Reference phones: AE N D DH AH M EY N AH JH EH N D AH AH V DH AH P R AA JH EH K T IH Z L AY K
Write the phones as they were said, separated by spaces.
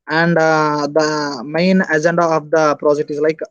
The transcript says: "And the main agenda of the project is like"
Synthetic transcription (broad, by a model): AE N D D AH M EY N AH JH EH N D AH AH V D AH P R AA JH EH K T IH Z L AY K